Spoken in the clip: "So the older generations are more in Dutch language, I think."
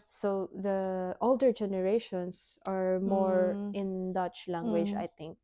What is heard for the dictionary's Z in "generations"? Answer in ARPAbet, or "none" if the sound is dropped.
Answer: S